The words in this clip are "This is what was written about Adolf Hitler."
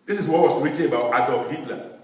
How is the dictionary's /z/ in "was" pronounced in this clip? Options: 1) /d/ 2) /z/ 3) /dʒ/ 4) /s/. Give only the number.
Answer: 4